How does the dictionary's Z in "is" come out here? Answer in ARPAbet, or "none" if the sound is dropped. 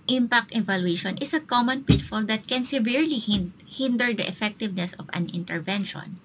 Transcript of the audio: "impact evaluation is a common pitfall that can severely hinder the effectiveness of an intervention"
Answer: S